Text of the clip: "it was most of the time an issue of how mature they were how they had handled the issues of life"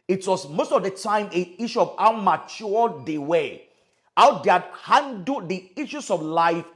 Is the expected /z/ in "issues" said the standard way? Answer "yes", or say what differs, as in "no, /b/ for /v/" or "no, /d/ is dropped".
no, /s/ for /z/